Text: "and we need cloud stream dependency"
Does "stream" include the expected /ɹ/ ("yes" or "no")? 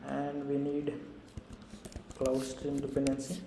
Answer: yes